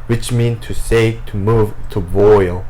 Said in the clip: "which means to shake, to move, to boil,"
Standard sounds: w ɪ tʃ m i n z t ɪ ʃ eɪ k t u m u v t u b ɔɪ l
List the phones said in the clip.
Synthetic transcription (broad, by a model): w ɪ tʃ m i n t ɪ s eɪ t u m u v t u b ɔɪ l